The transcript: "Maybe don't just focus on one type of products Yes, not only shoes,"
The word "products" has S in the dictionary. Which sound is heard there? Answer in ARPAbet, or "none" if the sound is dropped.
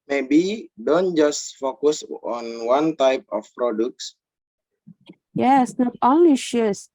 S